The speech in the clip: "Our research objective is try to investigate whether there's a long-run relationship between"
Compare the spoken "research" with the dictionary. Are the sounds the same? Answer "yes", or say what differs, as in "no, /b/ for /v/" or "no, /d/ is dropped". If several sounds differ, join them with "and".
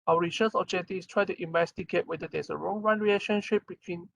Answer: no, /s/ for /tʃ/